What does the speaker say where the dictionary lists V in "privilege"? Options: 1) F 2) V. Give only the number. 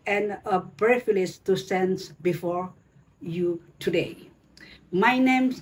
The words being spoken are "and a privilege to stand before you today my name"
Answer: 1